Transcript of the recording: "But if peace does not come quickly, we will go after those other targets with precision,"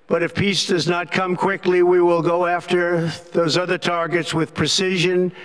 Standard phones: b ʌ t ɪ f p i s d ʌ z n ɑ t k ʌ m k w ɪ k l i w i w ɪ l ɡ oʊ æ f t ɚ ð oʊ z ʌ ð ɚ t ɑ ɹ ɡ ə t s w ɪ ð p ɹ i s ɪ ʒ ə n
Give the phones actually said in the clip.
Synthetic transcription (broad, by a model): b ʌ t ɪ f p i s d ʌ z n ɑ t k ʌ m k w ɪ k l i w i w ɪ l ɡ oʊ æ f t ɚ ð oʊ z ʌ ð ɚ t ɑ ɹ ɡ ə t s w ɪ ð p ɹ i s ɪ ʒ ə n